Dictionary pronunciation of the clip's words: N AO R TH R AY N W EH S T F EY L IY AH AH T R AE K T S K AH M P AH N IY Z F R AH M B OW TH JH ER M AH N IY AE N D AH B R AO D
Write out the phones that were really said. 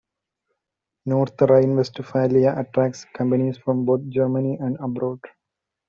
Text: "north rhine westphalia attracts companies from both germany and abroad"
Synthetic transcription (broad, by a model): N AO R T R AY N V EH S T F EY L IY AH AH T R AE K S K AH M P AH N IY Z F R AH M B OW T JH ER M AH N IY AE N D AH B R AO D